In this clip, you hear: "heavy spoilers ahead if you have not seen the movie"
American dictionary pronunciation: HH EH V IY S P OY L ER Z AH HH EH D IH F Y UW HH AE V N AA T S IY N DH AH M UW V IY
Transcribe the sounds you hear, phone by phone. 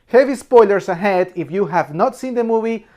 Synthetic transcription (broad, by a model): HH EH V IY S P OY L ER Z AH HH EH D IH F Y UW HH AE V N AA T S IY N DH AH M UW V IY